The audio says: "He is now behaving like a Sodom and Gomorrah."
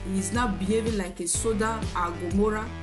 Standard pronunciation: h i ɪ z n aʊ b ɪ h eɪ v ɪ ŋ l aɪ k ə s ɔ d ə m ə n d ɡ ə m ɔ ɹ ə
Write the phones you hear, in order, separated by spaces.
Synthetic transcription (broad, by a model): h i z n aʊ b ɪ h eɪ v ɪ l aɪ k ə s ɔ d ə ə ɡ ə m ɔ ɹ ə